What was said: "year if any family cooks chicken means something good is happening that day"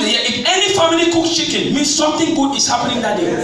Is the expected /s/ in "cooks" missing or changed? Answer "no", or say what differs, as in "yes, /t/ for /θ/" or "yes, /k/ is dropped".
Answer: yes, /s/ is dropped